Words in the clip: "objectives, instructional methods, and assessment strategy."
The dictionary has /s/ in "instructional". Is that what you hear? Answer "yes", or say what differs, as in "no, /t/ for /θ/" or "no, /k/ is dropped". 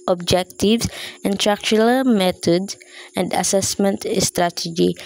no, /s/ is dropped